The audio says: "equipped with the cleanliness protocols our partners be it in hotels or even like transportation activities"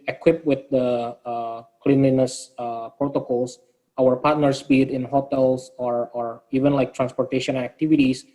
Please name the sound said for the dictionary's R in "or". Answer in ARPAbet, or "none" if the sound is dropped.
R